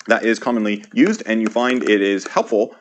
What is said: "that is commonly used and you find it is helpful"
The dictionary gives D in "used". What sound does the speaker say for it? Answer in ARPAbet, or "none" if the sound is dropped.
D